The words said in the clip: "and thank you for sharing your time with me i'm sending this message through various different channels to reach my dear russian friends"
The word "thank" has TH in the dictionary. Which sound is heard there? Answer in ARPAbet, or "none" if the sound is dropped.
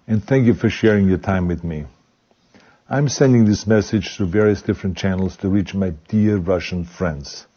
TH